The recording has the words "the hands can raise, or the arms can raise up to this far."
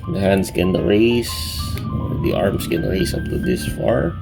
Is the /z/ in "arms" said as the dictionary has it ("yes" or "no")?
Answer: no